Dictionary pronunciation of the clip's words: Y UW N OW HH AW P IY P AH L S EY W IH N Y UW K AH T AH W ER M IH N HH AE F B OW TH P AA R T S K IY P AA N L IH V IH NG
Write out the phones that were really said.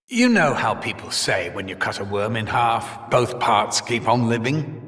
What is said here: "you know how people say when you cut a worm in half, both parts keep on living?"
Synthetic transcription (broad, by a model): Y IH N OW HH AW P IY P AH L S EY W IH N Y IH K AH T AH W ER M IH N HH AE F B OW TH P AA R T S K IY P N L IH V IH NG